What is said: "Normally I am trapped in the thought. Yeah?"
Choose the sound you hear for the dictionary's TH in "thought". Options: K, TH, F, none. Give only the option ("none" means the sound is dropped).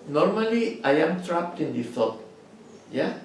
F